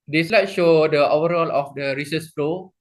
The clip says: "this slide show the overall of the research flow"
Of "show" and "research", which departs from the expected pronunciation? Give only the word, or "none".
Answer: research